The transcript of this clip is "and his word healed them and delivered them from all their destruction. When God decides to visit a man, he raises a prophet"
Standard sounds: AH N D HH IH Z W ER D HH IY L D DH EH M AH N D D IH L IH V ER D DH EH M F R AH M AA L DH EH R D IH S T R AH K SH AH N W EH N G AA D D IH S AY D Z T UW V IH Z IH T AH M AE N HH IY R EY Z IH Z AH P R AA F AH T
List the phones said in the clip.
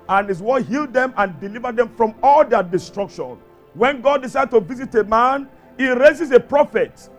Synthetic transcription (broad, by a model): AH N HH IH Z W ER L HH IY L D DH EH M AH N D D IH L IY V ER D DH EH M F R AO M AA L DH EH D IH S T R AH K SH AH N W EH N G AA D D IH S AY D T UW V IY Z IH T AH M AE N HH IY R EY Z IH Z AH P R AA F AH T